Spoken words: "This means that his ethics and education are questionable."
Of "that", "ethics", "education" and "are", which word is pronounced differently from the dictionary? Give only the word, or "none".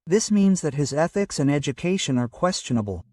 none